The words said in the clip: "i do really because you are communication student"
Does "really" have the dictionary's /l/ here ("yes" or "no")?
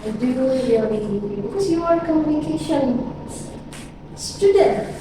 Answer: no